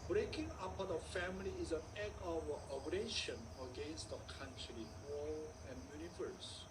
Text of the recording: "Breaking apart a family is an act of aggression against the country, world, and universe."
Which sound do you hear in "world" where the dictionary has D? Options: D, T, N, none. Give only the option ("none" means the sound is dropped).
none